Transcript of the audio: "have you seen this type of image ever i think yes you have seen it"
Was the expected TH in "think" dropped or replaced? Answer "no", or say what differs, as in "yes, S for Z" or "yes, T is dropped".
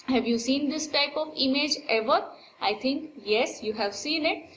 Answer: yes, T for TH